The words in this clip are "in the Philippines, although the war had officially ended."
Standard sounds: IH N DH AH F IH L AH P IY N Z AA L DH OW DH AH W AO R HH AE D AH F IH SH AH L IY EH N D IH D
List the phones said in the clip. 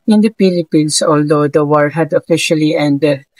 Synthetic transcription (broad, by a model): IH N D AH P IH L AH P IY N S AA L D OW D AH W AO R HH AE D AH F IH SH AH L IY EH N D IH D